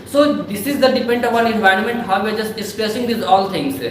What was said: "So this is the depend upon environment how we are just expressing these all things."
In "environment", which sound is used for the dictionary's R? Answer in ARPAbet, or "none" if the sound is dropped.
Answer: R